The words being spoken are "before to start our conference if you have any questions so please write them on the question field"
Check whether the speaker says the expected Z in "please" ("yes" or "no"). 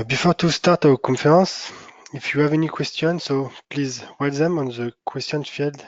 yes